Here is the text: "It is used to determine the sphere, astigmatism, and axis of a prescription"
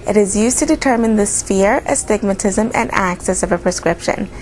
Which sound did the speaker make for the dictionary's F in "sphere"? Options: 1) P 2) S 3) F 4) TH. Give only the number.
3